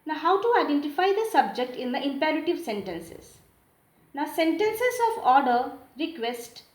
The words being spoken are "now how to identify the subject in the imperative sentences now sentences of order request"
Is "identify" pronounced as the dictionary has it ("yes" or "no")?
yes